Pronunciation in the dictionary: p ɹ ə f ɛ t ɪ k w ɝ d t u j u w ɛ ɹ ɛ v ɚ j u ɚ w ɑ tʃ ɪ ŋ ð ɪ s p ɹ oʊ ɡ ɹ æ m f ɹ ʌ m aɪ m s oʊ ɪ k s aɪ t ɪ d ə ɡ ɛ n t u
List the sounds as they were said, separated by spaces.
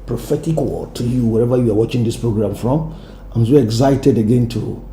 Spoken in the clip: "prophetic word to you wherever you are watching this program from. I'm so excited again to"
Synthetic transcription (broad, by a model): p ɹ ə f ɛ t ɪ k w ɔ t u j u w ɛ ɹ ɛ v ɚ j u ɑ w ɑ tʃ ɪ ŋ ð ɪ s p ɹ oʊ ɡ ɹ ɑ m f ɹ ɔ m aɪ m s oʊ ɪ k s aɪ t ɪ d ə ɡ ɛ n t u